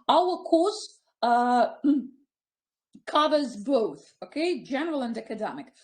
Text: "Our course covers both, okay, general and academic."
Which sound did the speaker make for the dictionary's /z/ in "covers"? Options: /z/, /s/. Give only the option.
/z/